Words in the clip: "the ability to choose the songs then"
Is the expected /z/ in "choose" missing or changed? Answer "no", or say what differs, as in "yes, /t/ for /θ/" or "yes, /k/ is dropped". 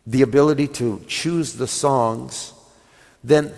no